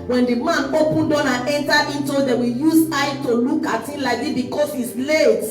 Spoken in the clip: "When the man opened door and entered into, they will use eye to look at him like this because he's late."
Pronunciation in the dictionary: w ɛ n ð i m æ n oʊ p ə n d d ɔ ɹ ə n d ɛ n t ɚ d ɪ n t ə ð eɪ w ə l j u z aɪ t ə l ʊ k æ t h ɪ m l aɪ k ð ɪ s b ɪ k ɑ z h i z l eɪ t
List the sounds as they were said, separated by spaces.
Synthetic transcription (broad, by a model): w ɛ n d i m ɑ n oʊ p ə n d d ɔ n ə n ɛ n t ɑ ɪ n t ə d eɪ w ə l j u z aɪ t ə l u k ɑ t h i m l aɪ k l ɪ b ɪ k ɑ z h i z l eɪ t